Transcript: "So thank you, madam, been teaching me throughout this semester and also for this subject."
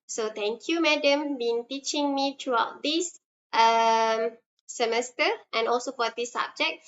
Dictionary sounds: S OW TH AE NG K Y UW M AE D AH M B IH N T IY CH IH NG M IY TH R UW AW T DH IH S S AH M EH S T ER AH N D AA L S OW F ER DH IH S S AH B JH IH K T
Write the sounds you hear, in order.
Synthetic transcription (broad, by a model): S OW T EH NG K Y UW M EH D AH M B IH N T IY CH IH NG M IY T R UW AW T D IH S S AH M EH S T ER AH N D AA L S OW F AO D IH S S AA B JH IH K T